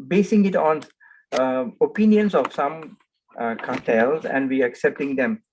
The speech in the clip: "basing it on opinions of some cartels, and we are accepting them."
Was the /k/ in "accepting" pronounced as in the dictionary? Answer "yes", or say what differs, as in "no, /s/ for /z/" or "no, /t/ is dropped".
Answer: yes